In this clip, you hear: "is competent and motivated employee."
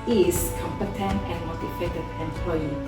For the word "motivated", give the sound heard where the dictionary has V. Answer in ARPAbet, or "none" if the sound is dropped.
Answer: F